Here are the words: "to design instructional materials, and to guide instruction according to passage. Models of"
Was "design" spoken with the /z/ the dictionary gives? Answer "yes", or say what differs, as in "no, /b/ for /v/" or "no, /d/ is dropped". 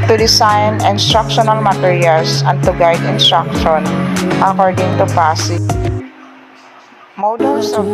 no, /s/ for /z/